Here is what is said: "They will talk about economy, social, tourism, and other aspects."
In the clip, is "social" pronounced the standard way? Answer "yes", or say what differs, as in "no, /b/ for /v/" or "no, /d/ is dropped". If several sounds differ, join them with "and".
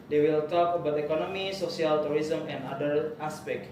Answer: no, /s/ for /ʃ/